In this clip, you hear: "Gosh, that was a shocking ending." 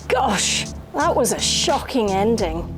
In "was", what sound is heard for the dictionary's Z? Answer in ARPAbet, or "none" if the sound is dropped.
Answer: Z